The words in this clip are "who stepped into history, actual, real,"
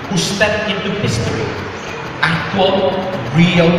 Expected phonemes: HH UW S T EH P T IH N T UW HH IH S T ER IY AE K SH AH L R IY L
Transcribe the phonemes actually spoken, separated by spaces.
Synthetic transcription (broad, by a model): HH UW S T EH T IH N T UW HH IH S T ER IY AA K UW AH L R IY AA